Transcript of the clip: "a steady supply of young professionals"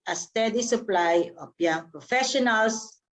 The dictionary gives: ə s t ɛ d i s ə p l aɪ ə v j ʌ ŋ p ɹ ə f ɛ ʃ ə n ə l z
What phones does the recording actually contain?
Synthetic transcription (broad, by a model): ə s t ɛ d i s ə p l aɪ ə p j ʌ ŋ p ɹ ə f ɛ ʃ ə n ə l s